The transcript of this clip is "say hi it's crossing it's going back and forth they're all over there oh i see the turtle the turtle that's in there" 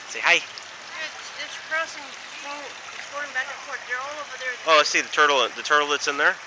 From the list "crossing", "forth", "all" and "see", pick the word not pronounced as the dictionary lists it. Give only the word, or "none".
forth